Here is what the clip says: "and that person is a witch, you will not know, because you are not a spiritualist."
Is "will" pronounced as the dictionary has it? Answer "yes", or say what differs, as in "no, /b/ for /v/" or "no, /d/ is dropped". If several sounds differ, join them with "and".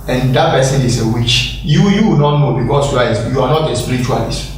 no, /w/ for /l/